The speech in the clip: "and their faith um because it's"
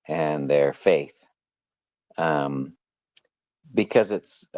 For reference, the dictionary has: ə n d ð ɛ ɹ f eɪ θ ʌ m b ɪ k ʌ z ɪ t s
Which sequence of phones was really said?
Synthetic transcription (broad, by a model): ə n ð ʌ ɹ f eɪ θ ʌ m b ɪ k ʌ z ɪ t s